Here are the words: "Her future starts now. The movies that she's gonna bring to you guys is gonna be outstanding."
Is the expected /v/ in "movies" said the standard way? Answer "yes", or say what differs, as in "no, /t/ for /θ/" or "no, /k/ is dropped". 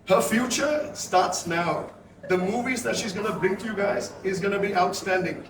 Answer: yes